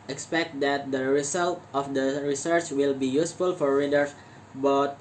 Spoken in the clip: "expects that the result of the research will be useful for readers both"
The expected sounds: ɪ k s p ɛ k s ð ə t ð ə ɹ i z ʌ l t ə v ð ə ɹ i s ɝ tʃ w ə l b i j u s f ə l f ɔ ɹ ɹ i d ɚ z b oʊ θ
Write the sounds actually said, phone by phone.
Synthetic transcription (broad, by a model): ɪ k s p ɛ k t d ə t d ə ɹ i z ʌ l t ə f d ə ɹ i s ɝ tʃ w ə l b i j u s f ə l f ɔ ɹ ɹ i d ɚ s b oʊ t